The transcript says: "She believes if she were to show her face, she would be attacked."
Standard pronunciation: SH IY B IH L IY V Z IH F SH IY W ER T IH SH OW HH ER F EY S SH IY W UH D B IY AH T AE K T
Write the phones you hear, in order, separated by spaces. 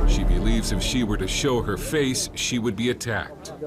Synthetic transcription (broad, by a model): SH IY B IH L IY V Z IH F SH IY W ER T IH SH OW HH ER F EY S SH IY W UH D B IY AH T AE K T